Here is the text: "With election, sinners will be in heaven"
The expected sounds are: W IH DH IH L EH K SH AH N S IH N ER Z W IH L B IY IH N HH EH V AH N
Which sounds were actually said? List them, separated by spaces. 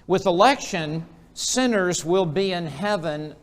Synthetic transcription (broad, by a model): W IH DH IH L EH K SH AH N S IH N ER Z W IH L B IY IH N HH EH V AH N